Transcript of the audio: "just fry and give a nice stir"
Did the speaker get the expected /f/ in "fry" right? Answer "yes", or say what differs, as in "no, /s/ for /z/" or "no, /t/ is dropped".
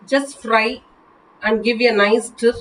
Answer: yes